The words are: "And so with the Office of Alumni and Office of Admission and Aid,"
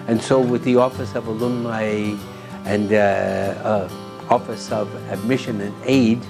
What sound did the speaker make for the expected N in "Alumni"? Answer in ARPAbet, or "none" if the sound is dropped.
none